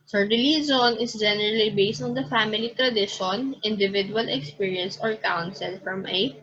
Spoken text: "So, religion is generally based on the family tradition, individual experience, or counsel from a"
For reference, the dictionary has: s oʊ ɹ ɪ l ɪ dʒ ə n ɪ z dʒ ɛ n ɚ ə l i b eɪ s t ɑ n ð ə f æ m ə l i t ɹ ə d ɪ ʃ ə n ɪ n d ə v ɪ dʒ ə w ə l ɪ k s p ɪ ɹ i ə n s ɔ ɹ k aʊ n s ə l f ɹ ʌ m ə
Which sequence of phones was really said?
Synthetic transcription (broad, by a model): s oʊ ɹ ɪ l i z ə n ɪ s dʒ ɛ n ɚ ə l i b eɪ s t ɑ n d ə f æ m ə l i t ɹ ə d ɪ ʃ ə n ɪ n d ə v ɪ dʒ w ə l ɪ k s p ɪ ɹ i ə n s ɔ ɹ k aʊ n s ə l f ɹ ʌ m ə